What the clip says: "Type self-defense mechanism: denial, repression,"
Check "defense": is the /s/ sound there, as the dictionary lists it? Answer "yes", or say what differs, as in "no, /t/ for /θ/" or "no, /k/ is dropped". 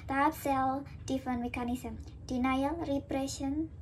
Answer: no, /s/ is dropped